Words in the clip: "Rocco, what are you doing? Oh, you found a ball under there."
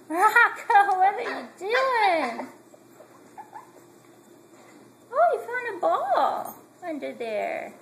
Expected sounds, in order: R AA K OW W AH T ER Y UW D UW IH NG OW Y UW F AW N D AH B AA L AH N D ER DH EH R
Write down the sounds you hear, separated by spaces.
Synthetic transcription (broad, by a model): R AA K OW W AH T ER Y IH D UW IH NG OW Y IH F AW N AH B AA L AH N D ER DH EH R